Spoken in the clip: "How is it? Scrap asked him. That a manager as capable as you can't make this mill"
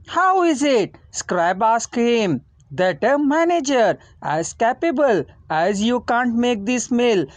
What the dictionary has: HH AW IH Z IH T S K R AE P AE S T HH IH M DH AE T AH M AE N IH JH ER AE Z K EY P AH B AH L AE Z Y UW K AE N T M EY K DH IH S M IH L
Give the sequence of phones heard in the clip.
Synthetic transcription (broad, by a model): HH AW IH Z IH T S K R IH B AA S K HH IH M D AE T AH M AE N IH JH ER AE Z K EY P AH B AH L AE Z Y UW K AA N T M EY K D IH S M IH L